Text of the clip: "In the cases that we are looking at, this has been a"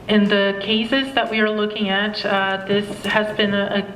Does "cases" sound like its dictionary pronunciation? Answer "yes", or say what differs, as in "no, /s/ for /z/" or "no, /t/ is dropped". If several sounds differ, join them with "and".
yes